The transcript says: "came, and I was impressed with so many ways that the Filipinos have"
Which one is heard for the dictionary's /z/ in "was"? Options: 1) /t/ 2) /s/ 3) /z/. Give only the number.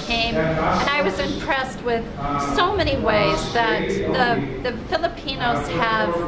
3